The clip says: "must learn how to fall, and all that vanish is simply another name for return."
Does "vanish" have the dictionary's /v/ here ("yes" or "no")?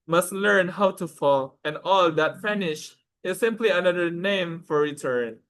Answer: no